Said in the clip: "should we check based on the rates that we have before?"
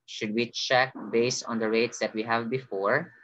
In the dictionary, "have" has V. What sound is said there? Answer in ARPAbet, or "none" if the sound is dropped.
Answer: V